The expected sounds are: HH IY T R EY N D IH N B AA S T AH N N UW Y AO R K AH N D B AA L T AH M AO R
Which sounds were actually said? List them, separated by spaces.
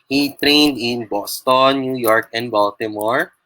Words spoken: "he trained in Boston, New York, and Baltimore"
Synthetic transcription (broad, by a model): HH IY T R EY N D IH N B AA S T AH N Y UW Y AO R K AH N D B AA L T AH M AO R